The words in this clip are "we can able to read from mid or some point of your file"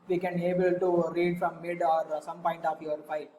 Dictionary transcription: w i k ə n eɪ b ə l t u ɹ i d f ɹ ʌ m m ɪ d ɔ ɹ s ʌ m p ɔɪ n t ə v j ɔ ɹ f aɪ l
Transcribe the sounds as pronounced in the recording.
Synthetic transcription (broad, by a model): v i k ə n eɪ b ə l t u ɹ i d f ɹ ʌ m m ɪ d ɔ ɹ s ʌ m p ɔɪ n t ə f j ɔ ɹ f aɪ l